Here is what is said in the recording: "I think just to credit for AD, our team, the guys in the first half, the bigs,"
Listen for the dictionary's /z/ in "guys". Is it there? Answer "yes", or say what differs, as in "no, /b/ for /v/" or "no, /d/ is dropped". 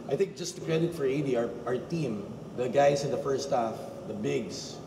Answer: no, /s/ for /z/